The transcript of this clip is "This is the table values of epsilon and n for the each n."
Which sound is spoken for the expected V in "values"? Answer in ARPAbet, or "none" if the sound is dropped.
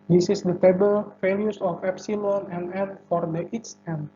F